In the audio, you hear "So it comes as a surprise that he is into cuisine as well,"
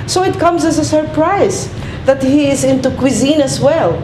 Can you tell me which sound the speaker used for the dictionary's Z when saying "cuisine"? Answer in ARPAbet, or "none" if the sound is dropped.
Z